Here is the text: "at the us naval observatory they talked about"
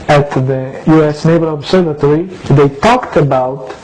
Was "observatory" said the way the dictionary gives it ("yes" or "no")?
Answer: no